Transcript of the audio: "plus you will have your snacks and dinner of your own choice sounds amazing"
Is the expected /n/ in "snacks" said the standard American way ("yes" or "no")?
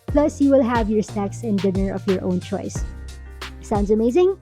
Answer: no